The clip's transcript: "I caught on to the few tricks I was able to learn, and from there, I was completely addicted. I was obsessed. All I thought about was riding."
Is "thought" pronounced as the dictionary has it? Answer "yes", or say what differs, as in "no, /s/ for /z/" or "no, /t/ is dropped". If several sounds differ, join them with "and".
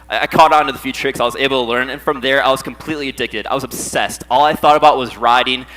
yes